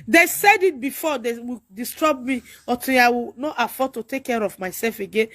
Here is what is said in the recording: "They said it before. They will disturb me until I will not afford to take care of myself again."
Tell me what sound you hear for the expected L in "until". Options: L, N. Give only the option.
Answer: N